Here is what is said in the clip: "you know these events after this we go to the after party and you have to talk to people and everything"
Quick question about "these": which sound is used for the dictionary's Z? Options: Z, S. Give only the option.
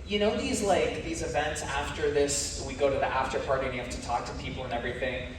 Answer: Z